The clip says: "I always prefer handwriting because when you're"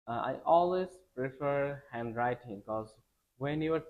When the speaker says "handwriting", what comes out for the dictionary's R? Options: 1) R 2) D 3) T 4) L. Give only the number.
1